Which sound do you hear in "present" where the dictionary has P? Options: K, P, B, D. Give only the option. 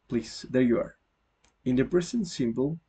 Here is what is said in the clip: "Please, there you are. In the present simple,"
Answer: B